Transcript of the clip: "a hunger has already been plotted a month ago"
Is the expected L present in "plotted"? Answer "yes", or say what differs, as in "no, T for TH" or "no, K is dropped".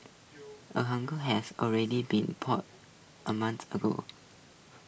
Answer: no, L is dropped